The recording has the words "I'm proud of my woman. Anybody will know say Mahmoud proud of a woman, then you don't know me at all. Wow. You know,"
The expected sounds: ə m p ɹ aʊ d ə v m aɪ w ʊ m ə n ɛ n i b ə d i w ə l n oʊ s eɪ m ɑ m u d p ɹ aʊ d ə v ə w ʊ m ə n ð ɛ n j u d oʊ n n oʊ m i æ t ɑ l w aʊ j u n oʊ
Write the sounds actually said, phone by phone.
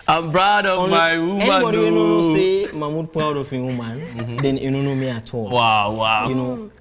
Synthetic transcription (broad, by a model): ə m b ɹ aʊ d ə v m aɪ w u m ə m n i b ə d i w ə n n oʊ s eɪ m ɑ m u d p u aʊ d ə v ə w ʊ m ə n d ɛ n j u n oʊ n n oʊ m i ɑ t ɑ l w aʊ j u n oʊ